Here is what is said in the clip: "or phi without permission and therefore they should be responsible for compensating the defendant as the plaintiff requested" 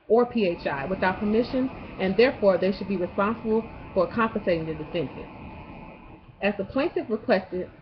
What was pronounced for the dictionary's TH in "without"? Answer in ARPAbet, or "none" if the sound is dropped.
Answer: TH